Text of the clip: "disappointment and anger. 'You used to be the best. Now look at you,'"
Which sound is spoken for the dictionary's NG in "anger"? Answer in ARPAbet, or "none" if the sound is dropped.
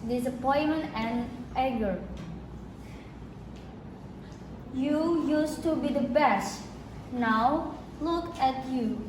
none